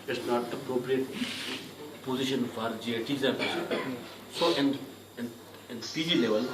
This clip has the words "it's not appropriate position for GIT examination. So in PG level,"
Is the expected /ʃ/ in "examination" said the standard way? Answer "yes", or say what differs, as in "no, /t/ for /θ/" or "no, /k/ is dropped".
no, /ʃ/ is dropped